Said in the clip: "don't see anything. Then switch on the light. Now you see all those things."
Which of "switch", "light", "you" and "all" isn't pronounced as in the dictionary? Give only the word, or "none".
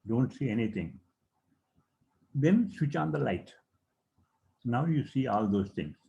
none